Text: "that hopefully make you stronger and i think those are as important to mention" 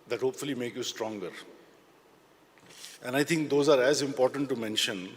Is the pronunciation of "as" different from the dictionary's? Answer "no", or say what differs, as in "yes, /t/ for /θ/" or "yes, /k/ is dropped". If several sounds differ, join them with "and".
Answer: no